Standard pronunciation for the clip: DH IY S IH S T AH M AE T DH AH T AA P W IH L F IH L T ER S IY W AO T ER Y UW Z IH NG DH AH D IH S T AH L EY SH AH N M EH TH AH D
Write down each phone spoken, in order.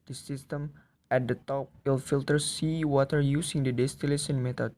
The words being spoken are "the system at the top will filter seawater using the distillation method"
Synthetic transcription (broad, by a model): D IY S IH S T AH M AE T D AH T AA P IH L F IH L T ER S IY W AO T ER Y UW S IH NG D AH D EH S T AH L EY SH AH N M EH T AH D